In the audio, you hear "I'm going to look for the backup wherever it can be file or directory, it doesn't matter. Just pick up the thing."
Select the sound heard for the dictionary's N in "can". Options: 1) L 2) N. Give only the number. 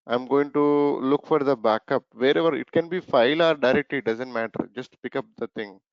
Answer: 2